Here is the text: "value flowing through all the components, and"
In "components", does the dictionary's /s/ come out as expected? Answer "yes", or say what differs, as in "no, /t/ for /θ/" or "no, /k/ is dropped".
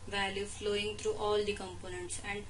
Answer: yes